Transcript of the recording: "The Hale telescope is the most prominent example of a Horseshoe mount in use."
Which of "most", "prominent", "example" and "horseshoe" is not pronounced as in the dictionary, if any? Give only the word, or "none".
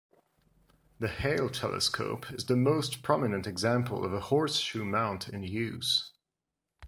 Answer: none